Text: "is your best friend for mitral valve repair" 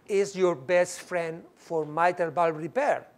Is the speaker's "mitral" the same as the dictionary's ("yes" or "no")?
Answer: no